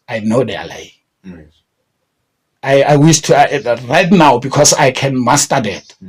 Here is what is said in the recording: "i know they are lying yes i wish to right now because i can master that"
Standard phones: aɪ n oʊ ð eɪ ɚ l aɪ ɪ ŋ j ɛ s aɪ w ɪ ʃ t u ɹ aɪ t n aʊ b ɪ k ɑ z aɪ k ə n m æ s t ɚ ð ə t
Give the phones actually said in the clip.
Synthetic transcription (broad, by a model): aɪ n oʊ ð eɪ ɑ l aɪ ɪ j aɪ w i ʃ t u ɹ aɪ t n aʊ b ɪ k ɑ s aɪ k ə n m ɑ s t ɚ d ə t